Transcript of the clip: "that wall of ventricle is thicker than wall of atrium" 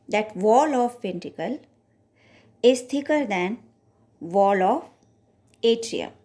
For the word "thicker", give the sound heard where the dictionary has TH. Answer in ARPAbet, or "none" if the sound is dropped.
T